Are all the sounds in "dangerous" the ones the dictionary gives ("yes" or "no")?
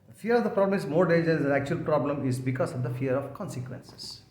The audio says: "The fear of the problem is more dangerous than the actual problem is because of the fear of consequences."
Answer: no